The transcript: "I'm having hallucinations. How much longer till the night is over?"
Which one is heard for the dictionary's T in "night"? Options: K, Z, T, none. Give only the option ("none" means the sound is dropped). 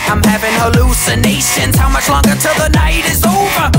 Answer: T